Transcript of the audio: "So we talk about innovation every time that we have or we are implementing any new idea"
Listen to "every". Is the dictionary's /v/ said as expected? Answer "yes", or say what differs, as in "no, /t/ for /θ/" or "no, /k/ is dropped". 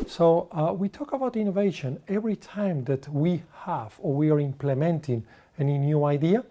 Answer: yes